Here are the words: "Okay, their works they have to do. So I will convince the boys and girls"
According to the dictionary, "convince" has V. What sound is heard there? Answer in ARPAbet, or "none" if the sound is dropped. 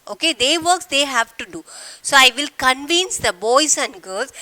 V